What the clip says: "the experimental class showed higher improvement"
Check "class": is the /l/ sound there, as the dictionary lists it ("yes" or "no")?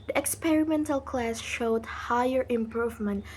yes